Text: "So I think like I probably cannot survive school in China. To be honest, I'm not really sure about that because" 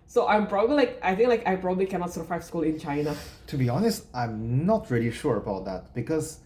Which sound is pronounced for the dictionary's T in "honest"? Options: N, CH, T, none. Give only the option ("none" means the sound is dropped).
T